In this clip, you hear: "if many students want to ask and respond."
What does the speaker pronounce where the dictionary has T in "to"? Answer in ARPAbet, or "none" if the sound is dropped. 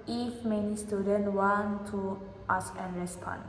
T